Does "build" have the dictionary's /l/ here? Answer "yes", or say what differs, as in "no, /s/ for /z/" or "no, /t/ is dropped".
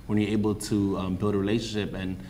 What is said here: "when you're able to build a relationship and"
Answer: yes